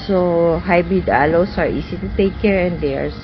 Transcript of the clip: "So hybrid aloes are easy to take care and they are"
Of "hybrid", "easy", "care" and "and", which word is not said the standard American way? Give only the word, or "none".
easy